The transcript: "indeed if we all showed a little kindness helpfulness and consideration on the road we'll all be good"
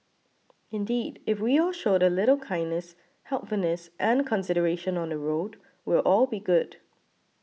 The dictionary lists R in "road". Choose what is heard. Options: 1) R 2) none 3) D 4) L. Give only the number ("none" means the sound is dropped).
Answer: 1